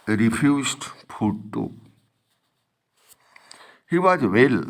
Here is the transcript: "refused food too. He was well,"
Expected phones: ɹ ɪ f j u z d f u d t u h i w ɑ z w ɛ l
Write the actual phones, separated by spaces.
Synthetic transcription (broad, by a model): ɹ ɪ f j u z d p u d t u h i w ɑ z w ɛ l